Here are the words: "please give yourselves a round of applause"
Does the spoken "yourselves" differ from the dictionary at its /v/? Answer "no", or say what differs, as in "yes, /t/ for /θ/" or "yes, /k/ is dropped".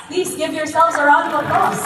yes, /v/ is dropped